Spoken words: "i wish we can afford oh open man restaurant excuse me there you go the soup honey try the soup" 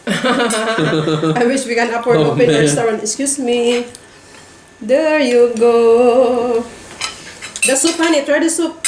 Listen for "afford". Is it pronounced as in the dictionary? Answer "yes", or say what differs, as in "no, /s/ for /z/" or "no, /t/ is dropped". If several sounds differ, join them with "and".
no, /p/ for /f/